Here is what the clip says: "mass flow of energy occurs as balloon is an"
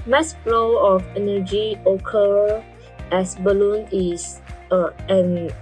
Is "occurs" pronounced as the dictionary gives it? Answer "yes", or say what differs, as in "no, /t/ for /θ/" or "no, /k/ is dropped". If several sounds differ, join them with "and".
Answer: no, /z/ is dropped